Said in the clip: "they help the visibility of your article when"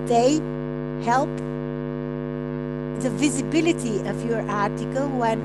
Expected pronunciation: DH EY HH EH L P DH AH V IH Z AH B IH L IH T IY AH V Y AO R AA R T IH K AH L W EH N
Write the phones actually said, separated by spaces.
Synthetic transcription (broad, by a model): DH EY HH EH L P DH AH V IH Z AH B IH L IH T IY AH V Y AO R AA R T IH K AH L W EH N